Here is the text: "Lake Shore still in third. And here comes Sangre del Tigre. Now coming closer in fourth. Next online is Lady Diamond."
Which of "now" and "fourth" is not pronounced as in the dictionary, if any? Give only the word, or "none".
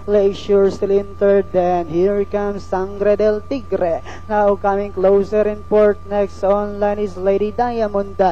fourth